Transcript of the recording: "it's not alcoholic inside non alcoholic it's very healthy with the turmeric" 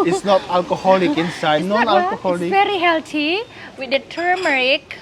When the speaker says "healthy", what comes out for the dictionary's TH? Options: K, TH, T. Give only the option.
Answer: T